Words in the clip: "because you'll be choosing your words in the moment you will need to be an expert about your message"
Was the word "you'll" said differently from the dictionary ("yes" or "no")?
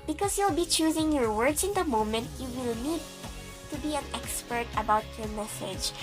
no